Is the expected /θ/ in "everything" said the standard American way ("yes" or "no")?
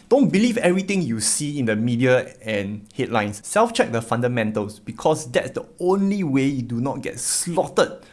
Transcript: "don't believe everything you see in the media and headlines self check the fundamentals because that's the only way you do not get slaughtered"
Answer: no